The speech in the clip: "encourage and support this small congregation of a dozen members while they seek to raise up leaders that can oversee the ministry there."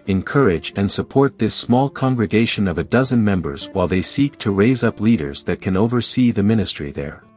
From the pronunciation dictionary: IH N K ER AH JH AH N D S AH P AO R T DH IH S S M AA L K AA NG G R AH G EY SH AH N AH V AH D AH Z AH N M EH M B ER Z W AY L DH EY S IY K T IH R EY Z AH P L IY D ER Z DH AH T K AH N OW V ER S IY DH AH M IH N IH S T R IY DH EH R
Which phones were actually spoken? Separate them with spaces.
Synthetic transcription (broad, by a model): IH N K ER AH JH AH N S AH P AO R T DH IH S S M AA L K AA NG G R AH G EY SH AH N AH V AH D AH Z AH N M EH M B ER Z W AY L DH EY S IY K T IH R EY Z AH P L IY D ER Z DH AH T K AH N OW V ER S IY DH AH M IH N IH S T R IY DH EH R